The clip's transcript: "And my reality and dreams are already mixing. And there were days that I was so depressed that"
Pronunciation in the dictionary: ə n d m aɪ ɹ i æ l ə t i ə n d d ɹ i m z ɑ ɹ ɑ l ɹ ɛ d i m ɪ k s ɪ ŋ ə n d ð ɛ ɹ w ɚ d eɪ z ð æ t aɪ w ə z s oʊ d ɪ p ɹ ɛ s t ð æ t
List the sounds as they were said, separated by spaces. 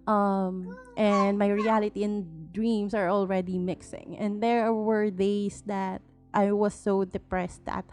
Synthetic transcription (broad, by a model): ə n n m aɪ ɹ i æ l ə t i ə n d d ɹ i m s ɑ ɹ ɑ l ɹ ɛ d i m ɪ k s ɪ ŋ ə n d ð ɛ ɹ w ɚ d eɪ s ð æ t aɪ w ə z s oʊ d ɪ p ɹ ɛ s t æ t